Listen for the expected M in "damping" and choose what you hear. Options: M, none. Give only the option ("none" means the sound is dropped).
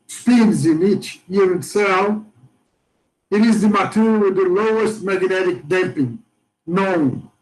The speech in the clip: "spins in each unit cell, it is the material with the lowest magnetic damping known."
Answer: M